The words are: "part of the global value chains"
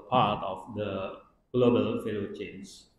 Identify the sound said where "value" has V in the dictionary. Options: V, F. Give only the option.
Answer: F